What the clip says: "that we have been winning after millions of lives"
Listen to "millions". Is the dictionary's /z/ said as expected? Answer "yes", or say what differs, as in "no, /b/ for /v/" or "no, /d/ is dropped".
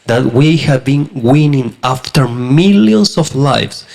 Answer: no, /s/ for /z/